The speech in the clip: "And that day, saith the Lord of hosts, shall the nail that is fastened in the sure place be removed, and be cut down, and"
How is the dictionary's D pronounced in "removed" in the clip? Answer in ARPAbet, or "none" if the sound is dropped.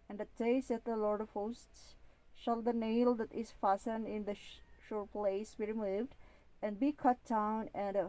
D